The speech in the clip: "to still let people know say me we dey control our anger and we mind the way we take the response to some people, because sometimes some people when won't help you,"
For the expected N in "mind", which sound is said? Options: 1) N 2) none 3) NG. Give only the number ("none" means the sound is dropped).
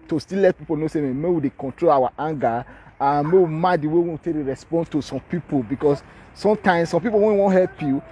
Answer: 2